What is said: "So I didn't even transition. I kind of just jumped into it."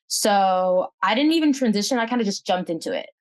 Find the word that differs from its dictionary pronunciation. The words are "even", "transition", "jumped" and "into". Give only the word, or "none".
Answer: none